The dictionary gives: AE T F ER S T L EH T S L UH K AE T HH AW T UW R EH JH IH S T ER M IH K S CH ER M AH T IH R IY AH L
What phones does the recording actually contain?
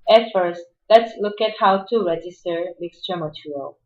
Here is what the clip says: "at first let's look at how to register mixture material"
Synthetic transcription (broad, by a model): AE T F ER S T L EH T S L UH K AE T HH AW T UW R EH JH IH S T ER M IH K S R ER M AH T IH R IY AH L